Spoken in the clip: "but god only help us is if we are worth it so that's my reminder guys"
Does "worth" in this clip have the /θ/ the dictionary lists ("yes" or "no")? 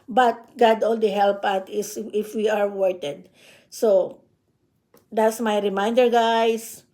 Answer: no